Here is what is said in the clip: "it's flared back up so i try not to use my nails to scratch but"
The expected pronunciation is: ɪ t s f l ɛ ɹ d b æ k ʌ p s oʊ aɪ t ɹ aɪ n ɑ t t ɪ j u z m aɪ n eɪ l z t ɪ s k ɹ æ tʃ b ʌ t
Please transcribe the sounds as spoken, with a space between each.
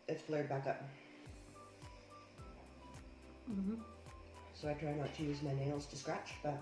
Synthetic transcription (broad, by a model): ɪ t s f l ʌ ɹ d b æ k ʌ p s oʊ aɪ t ɹ aɪ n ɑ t t ɪ j u z m aɪ n eɪ l z t ɪ s k ɹ æ tʃ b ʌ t